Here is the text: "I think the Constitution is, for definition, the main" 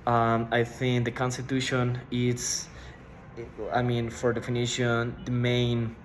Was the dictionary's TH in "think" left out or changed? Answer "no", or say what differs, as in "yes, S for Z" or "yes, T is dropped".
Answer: no